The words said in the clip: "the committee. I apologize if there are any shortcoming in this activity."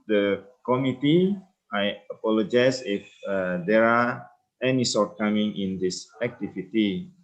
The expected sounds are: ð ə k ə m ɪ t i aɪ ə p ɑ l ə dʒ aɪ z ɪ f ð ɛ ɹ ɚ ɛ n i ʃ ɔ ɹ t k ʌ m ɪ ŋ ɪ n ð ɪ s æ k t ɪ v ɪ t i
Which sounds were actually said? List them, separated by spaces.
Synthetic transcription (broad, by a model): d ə k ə m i t i aɪ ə p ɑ l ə dʒ aɪ s ɪ f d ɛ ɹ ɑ ɛ n i s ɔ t k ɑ m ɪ ŋ ɪ n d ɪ s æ k t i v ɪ t i